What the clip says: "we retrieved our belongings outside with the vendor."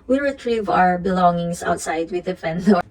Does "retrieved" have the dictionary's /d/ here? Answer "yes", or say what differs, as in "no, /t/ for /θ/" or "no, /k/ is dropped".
no, /d/ is dropped